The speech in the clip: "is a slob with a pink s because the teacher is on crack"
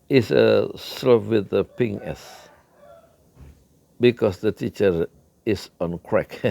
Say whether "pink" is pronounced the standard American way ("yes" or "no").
no